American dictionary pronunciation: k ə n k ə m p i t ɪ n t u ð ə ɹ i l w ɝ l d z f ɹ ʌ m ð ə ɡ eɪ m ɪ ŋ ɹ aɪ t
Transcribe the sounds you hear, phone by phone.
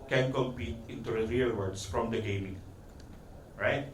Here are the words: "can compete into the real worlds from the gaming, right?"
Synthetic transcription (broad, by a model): k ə n k ə m p i t ɪ n t u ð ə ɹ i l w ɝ d s f ɹ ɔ m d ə ɡ eɪ m ɪ ŋ ɹ aɪ t